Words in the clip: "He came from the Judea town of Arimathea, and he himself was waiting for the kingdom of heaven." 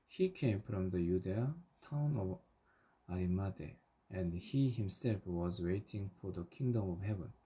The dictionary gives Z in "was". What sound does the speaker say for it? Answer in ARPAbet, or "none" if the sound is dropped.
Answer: Z